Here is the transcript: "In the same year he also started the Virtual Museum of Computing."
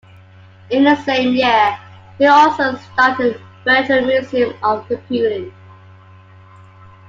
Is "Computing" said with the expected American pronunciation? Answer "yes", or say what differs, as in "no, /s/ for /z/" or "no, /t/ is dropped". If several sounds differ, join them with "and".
no, /m/ is dropped